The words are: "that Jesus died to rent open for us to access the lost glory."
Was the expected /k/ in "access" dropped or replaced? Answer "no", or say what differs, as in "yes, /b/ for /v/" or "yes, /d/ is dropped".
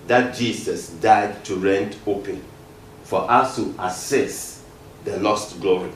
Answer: yes, /k/ is dropped